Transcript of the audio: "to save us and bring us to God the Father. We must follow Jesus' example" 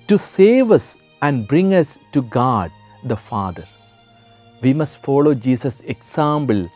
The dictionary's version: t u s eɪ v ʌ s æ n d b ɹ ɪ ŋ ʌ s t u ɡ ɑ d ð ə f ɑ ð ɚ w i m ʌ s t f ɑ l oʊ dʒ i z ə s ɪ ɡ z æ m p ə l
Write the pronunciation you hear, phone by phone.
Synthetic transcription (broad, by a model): t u s eɪ v ʌ s æ n d b ɹ ɪ ŋ ʌ s t u ɡ ɑ d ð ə f ɑ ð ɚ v i m ʌ s t f ɑ l oʊ dʒ i s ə s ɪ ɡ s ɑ m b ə l